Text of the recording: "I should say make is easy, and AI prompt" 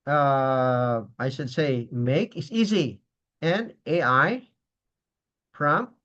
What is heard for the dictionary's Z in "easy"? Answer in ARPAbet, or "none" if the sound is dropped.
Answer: Z